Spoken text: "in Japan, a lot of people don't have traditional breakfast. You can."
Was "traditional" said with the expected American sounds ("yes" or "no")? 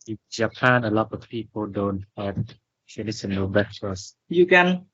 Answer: no